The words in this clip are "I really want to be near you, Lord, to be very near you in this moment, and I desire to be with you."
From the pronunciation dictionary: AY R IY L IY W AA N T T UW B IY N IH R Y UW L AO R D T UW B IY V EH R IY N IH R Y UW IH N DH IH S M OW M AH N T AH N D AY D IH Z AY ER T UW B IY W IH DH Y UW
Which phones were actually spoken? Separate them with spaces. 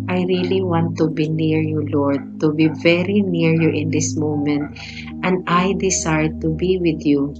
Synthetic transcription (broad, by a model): AY R IY L IY W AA N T T UW B IY N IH R Y UW L AO R D T UW B IY V EH R IY N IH R Y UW IH N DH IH S M OW M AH N T AH N D AY D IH S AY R T UW B IY W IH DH Y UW